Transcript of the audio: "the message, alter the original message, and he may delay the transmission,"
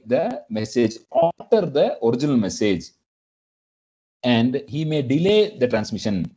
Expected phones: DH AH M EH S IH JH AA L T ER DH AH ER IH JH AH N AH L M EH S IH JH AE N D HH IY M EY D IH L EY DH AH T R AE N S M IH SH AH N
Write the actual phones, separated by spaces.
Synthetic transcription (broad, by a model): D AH M EH S IH JH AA T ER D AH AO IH JH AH N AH L M EH S IH JH AE N D HH IY M EY D IH L EY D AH T R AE N S M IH SH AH N